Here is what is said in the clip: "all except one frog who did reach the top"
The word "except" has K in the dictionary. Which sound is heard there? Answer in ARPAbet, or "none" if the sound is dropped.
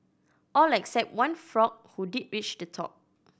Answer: K